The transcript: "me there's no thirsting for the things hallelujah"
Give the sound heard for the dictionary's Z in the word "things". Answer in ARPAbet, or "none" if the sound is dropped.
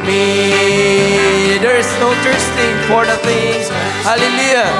none